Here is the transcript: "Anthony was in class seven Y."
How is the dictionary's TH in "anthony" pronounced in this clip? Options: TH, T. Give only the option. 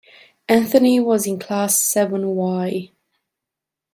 TH